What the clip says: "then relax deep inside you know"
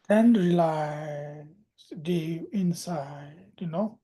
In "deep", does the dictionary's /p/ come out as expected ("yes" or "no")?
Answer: no